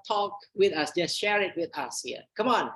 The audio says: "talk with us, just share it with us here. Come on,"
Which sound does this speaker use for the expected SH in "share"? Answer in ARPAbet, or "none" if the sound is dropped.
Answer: SH